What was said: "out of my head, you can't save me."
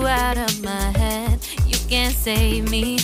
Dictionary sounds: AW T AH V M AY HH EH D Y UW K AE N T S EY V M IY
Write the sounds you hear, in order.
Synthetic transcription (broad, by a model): AW T AH V M AY HH EH D Y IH K AE N T S EY V M IY